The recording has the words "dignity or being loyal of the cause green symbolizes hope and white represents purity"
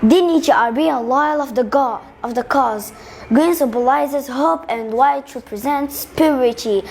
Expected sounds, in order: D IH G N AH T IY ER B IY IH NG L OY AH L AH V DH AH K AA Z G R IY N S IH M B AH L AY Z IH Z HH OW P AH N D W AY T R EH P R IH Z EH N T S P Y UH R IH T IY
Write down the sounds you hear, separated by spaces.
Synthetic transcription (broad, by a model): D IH N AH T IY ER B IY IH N L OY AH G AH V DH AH K AA Z G R IY N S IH B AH L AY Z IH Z HH OW P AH N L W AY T R EH P R IH Z EH N T S P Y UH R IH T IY